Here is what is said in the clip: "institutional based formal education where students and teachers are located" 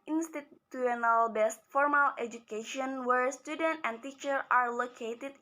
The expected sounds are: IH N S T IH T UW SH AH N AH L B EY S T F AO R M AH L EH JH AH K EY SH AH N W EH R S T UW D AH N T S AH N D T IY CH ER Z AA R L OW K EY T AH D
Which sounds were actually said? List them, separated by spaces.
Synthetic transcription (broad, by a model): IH N S T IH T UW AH N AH L B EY S T F AO R M AH L EH JH AH K EY SH AH N W EH R S T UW D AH N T AH N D T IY CH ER AA R L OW K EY T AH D